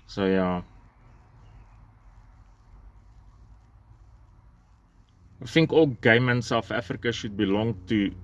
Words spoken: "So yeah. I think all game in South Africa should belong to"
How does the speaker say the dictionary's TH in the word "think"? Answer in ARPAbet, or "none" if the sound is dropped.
F